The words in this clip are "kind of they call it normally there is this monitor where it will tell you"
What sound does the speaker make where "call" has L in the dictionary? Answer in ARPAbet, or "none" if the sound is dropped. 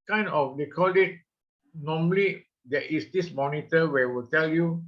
L